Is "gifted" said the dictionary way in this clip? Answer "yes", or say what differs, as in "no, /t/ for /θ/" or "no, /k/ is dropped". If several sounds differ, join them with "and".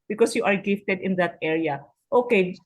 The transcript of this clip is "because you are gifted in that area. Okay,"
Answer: yes